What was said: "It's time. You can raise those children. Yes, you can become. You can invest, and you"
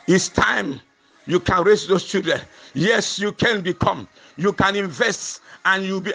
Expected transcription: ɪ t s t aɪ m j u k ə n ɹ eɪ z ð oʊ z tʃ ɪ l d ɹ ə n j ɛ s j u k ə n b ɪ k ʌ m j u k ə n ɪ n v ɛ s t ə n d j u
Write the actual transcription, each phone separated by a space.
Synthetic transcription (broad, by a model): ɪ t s t aɪ m j u k ə n ɹ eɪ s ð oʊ s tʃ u d ə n j ɛ s j u k ə n b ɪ k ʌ m j u k ə n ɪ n v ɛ s t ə n j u